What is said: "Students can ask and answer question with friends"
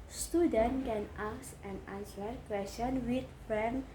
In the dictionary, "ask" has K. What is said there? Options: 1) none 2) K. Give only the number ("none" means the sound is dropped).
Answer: 1